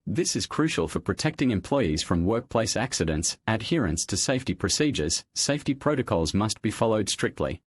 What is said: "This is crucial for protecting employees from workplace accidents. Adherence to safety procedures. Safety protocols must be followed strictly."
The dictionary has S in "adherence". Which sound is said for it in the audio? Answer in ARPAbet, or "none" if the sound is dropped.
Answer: S